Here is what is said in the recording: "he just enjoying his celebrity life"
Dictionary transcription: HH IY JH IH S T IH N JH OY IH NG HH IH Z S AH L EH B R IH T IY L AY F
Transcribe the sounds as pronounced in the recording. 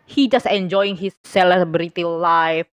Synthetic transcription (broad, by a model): HH IY JH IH S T IH N JH OY IH NG HH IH S AH L EH B R IH T IY L AY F